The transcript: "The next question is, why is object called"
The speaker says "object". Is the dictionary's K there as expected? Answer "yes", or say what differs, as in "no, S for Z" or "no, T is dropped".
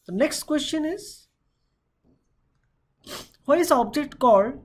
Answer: yes